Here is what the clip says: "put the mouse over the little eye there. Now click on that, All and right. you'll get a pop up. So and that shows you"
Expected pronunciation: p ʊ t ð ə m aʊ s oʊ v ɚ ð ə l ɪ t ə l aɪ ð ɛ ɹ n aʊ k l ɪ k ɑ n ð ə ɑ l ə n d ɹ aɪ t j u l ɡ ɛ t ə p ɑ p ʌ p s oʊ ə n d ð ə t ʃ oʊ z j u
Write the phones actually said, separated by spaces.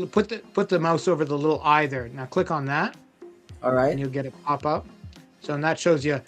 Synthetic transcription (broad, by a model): p ʊ t ð ə m aʊ s oʊ v ɚ ð ə l ɪ t l aɪ ð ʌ ɹ n aʊ k l ɪ k n ð ə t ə ɹ aɪ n j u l ɡ ɛ t ə p ɑ p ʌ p s oʊ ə n ð ə t ʃ oʊ z j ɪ